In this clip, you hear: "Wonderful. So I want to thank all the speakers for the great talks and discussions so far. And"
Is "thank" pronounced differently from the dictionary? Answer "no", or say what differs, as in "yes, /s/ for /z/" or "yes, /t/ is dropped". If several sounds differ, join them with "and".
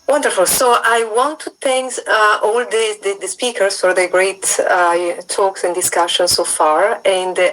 yes, /s/ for /θ/